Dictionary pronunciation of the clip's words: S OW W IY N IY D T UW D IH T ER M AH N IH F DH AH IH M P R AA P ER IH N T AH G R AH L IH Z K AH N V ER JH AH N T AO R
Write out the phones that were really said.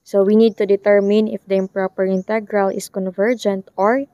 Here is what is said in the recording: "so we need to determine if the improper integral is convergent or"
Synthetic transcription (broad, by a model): S OW W IY N IY D T UW D IH T ER M AH N IH F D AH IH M P R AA P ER IH N T AH G R AH L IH S K AH N V ER JH AH N T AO R